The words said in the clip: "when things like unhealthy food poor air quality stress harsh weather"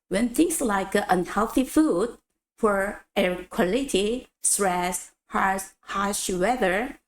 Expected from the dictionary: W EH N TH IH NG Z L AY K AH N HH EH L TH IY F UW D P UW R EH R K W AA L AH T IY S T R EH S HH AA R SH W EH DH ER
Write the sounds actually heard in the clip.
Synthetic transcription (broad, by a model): W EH N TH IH NG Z L AY K AH N HH EH L TH IY F UW D F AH R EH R K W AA L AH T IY S T R EH S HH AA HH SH W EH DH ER